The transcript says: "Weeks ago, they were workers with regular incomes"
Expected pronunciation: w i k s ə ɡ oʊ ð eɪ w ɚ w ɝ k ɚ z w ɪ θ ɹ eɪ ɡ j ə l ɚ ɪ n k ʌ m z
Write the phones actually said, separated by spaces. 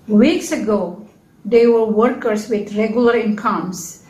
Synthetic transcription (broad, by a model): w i k s ə ɡ oʊ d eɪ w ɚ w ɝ k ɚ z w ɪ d ɹ eɪ ɡ j ə l ɚ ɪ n k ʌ m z